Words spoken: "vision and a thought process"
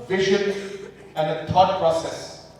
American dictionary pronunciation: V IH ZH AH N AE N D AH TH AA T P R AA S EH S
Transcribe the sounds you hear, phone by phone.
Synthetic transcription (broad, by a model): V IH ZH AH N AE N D AH T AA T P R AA S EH S